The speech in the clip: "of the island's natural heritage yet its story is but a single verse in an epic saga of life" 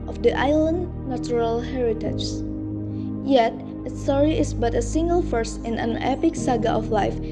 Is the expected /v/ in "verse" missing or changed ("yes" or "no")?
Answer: yes